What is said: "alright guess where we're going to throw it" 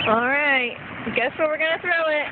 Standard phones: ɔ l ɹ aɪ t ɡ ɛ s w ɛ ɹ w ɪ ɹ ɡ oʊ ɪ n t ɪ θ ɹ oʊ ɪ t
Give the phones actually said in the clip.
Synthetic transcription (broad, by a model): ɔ l ɹ aɪ t ɡ ɛ s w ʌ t w ɪ ɹ ɡ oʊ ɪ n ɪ θ ɹ oʊ ɪ t